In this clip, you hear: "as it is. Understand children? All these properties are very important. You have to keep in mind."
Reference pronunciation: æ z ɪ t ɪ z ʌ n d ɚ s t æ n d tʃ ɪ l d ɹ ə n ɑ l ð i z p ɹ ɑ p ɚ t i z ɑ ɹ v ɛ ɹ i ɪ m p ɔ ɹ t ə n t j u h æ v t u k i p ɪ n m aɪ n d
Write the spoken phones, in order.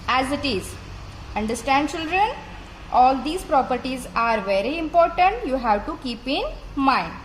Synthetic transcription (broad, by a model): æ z ɪ t ɪ z ʌ n d ɚ s t æ n d tʃ ɪ l d ɹ ə n ɑ l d i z p ɹ ɑ p ɚ t i z ɑ ɹ v ɛ ɹ i ɪ m p ɔ ɹ t ə n t j u h æ v t u k i p ɪ n m aɪ n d